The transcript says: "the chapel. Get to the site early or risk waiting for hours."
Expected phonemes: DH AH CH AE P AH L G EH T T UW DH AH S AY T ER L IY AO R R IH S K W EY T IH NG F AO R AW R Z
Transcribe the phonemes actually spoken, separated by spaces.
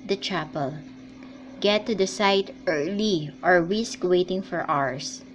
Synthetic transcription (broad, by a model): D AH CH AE P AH L G EH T T UW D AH S AY T ER L IY AO R W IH S K W EY T IH NG F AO R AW R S